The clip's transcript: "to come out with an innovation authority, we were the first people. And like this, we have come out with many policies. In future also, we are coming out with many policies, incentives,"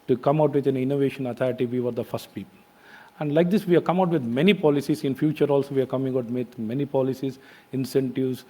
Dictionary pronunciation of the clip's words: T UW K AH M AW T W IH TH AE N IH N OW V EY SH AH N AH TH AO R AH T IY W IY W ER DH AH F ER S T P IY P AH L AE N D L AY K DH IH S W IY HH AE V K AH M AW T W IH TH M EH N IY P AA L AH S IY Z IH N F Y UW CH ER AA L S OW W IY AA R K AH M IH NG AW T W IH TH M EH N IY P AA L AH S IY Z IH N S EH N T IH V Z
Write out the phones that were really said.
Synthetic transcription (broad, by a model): T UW K AH M AW T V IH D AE N IH N OW V EY SH AH N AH T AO R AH T IY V IY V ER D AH F ER S T P IY P AH L AE N D L AY K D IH S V IY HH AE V K AH M AW T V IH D M EH N IY P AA L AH S IY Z IH N F Y UW CH ER AA L S OW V IY AA R K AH M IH NG AW T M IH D M EH N IY P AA L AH S IY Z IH N S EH N T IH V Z